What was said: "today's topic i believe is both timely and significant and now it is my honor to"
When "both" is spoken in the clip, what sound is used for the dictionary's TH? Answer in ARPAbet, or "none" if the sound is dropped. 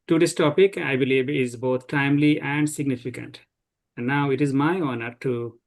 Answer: T